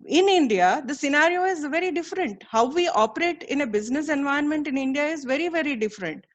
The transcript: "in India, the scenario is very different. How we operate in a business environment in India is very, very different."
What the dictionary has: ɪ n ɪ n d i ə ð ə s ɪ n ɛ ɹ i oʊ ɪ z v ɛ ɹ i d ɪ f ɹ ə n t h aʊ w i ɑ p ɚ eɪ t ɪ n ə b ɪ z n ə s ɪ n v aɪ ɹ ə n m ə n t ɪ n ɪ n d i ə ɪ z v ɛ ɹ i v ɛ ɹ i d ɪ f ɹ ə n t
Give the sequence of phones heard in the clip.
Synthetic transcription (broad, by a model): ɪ n ɪ n d i ə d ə s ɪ n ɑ ɹ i oʊ ɪ z v ɛ ɹ i d ɪ f ɹ ə n t h aʊ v i ɑ p ɚ eɪ t ɪ n ə b ɪ z n ə s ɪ n v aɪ ə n m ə n t ɪ n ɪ n d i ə ɪ z v ɛ ɹ i v ɛ ɹ i d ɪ f ɹ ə n t